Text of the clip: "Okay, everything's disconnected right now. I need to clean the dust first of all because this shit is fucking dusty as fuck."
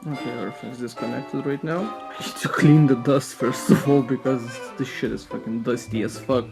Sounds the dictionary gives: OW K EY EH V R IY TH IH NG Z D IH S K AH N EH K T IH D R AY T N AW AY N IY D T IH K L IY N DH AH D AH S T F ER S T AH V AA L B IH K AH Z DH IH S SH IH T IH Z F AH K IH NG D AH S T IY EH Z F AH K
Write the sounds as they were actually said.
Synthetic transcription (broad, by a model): OW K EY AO R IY F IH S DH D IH S K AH N EH K T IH D R AY T N AW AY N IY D T IH K L IY N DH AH D AH S T F ER S T AH V AA L B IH K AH Z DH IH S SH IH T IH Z F AH K IH NG D AH S T IY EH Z F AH K